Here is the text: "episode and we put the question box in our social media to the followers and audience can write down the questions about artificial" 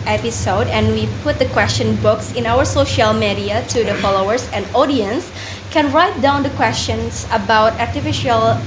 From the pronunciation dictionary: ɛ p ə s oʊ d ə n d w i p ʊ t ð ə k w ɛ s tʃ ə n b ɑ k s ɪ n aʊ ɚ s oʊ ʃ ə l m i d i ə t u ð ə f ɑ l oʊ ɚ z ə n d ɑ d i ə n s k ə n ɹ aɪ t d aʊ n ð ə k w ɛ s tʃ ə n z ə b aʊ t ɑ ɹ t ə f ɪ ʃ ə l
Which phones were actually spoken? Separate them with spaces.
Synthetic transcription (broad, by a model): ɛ p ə s oʊ d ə n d w i p ʊ t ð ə k w ɛ s tʃ ə n b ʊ k s ɪ n aʊ ɚ s oʊ ʃ ə l m i d i ə t u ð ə f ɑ l oʊ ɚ s ə n d ɑ d i ə n s k ə n ɹ aɪ t d aʊ n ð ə k w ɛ s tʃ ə n s ə b aʊ t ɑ ɹ t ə f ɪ ʃ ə l